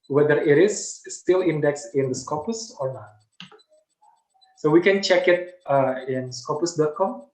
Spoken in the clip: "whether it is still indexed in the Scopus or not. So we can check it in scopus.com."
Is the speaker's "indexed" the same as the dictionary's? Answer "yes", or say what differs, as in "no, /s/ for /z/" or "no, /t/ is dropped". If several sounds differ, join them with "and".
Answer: no, /t/ is dropped